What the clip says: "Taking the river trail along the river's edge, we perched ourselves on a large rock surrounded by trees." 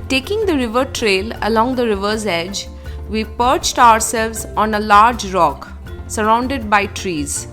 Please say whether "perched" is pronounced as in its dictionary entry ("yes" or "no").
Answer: yes